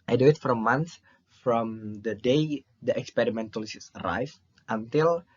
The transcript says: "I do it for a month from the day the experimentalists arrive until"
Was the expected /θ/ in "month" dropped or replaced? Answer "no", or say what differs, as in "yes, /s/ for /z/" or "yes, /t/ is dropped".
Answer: yes, /s/ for /θ/